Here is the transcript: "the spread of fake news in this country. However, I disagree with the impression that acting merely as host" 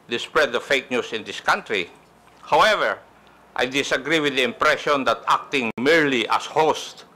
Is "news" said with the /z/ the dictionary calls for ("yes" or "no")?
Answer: no